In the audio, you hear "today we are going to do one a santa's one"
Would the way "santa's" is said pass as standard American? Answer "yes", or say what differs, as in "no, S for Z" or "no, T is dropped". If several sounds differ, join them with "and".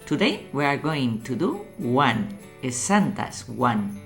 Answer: no, S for Z